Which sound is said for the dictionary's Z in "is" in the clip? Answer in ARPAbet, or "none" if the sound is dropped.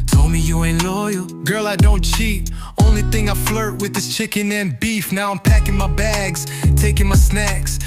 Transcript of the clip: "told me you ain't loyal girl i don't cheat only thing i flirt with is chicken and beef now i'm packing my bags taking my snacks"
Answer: S